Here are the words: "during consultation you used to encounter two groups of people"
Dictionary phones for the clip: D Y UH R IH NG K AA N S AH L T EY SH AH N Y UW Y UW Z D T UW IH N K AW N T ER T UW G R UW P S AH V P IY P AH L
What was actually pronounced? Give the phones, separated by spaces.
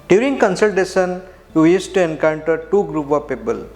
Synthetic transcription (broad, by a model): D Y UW R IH NG K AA N S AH L T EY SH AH N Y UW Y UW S T UW IH N K AW N T ER T UW G R UW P AH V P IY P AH L